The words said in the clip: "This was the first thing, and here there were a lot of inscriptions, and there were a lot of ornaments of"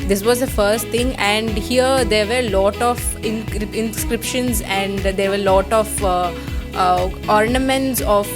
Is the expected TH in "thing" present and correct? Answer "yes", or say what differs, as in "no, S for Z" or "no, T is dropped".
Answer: no, T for TH